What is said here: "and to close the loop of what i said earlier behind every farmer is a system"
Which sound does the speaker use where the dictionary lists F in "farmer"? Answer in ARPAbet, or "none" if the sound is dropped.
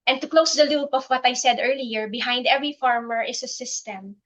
F